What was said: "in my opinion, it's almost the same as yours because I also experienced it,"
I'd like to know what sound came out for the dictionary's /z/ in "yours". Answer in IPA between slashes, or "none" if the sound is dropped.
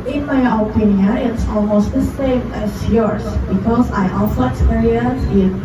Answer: /s/